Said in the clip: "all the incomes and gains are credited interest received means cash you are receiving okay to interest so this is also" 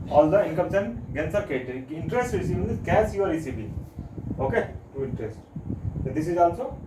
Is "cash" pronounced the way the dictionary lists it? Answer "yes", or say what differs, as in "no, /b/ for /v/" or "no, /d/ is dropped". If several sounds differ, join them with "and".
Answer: no, /s/ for /ʃ/